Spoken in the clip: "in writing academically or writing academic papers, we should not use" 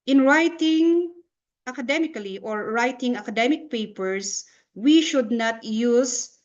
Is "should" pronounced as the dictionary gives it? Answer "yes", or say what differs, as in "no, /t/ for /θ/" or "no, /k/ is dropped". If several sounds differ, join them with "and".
yes